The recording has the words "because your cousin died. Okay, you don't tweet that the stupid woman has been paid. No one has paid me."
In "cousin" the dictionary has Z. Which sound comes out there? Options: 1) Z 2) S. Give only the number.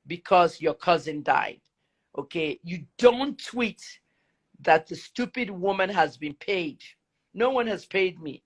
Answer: 1